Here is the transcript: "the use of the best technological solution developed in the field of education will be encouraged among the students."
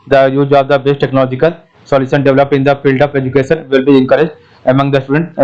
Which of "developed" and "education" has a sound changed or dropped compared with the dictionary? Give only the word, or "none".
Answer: developed